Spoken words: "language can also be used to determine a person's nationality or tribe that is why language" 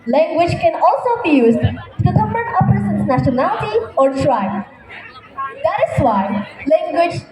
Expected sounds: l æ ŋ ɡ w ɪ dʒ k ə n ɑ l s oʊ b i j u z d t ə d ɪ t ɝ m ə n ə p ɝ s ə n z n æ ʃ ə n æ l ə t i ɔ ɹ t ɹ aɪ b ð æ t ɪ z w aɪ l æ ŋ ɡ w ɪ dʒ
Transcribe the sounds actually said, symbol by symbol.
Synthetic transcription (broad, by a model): l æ ŋ ɡ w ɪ dʒ k ə n ɑ l s oʊ b i j u z d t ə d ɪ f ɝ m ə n ə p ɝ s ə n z n æ ʃ ə n æ l ə t i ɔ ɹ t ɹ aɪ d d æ t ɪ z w aɪ l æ ŋ ɡ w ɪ dʒ